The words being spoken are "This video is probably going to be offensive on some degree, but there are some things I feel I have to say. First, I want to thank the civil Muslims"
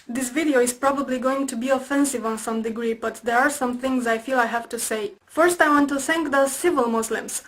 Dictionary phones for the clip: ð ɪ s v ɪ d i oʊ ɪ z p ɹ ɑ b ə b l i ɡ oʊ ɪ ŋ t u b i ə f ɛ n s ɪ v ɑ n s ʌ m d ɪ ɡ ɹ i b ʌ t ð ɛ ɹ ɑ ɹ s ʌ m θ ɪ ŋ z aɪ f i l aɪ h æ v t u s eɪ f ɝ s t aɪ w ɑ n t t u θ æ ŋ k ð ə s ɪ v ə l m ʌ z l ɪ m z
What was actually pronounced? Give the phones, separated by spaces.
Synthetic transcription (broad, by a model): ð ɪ s v ɪ d i oʊ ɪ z p ɹ ɑ b ə b l i ɡ oʊ ɪ ŋ t u b i ə f ɛ n s ɪ v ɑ n s ʌ m d ɪ ɡ ɹ i b ʌ t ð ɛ ɹ ɑ ɹ s ʌ m θ ɪ ŋ z aɪ f i l aɪ h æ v t u s eɪ f ɝ s t aɪ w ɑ n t t u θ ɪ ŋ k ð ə s ɪ v ə l m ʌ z l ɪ m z